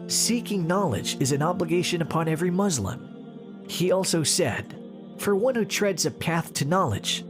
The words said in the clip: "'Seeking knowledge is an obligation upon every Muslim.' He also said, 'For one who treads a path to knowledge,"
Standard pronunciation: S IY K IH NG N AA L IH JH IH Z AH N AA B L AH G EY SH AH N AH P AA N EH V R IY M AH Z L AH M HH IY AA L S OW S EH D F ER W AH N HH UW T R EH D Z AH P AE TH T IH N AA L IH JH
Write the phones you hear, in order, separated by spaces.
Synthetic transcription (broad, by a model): S IY K IH NG N AA L IH JH IH Z AH N AA B L AH G EY SH AH N AH P AA N EH V R IY M AH Z L AH M HH IY AA L S OW S EH D F ER W AH N HH UW T R EH D Z AH P AE TH T IH N AA L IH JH